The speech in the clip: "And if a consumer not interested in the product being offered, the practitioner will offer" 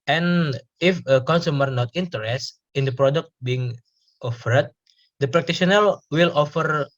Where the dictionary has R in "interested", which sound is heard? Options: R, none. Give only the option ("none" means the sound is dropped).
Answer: none